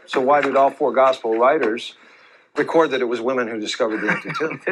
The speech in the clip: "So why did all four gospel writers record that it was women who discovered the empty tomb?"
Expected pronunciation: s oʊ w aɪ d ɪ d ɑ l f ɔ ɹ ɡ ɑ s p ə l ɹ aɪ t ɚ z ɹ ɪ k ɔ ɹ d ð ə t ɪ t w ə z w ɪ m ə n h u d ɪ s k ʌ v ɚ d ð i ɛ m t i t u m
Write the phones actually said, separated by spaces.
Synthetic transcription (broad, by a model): s oʊ w aɪ d ɪ d ɑ l f ɔ ɹ ɡ ɑ s p l ɹ aɪ t ɚ z ɹ ɪ k ɔ ɹ d ð ə t ɪ t w ə z w ɪ m ə n h u d ɪ s k ʌ v ɚ d ð i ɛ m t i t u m